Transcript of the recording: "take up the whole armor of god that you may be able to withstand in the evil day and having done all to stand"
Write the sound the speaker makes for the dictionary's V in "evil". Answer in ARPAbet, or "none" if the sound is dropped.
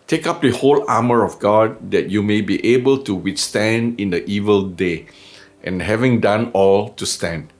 V